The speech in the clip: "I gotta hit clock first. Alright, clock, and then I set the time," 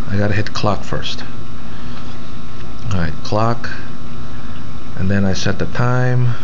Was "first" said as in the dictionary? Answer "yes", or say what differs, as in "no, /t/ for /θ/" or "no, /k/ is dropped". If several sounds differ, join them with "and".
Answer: yes